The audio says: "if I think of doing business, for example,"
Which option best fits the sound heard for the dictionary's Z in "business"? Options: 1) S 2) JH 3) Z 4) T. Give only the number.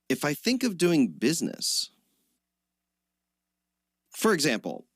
3